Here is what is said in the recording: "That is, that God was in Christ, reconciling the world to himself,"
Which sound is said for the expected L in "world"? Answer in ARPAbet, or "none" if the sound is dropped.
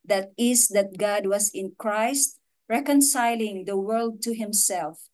L